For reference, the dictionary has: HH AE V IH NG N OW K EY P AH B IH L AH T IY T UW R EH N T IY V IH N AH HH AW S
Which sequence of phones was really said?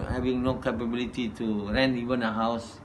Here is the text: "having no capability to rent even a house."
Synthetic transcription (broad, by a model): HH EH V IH NG N OW K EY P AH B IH L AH T IY T UW R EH N IY V IH N AH HH AW S